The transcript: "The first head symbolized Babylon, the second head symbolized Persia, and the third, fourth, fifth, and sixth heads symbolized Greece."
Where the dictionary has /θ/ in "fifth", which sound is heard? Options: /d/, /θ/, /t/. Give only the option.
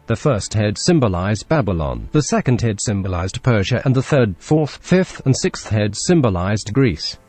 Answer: /θ/